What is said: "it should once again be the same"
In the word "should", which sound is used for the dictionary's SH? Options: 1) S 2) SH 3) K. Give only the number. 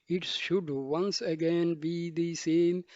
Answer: 2